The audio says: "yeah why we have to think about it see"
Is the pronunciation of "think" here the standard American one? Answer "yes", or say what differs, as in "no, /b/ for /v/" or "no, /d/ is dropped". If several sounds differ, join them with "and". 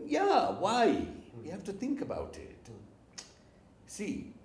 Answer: yes